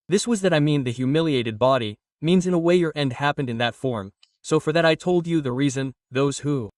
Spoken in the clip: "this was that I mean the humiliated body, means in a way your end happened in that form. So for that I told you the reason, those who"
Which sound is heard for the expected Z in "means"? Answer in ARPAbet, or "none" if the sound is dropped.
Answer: Z